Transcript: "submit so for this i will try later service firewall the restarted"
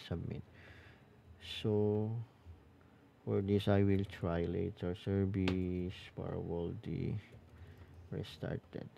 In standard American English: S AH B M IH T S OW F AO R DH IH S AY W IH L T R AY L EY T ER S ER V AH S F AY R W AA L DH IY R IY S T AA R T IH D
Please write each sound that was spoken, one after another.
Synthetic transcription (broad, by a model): S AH B M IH T S OW F AO R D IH S AY W IH L T R AY L EY T ER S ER B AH S P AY R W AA L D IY R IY S T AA R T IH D